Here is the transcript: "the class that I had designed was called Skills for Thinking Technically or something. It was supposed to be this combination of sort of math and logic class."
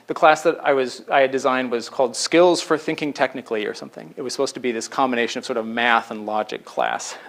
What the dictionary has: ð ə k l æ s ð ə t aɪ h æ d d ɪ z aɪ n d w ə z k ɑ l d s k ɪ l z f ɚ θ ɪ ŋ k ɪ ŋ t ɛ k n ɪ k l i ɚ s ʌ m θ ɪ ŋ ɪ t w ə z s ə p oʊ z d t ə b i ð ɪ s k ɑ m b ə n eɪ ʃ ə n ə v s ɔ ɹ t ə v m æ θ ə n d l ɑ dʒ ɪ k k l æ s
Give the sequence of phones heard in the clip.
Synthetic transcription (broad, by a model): ð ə k l æ s ð ə t aɪ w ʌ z d ɪ z aɪ n d w ə z k ɑ l d s k ɪ l z f ɚ θ ɪ ŋ k ɪ ŋ t ɛ k n ɪ k l i ɚ s ʌ m θ ɪ ŋ ɪ t w ə z s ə p oʊ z t ə b i ð ɪ s k ɑ m b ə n eɪ ʃ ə n ə v s ɔ ɹ t ə v m æ θ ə n l ɑ dʒ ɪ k k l æ s